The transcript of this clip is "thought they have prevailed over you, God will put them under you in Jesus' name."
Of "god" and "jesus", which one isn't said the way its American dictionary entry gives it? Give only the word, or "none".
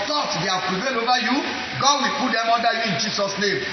jesus